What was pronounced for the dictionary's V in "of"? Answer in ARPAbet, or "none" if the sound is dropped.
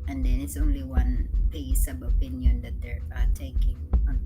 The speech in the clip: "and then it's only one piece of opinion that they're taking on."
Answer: B